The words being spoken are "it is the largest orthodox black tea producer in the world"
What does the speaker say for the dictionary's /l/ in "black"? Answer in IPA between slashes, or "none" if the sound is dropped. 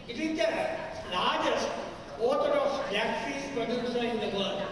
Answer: none